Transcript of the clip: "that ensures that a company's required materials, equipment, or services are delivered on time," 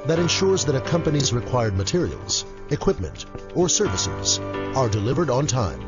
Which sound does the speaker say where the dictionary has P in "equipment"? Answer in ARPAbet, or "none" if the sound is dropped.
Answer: P